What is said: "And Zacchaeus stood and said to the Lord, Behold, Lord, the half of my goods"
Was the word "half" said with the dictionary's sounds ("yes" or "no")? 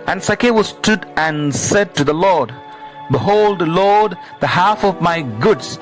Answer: yes